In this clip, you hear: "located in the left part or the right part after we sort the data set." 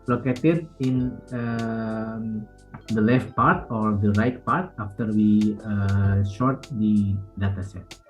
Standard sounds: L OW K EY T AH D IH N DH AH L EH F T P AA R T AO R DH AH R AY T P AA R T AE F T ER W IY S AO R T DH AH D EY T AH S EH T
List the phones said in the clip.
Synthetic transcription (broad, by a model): L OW K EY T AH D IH N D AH L EH F T P AA R T AO R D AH R AY T P AA R T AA F T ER W IY SH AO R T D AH D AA T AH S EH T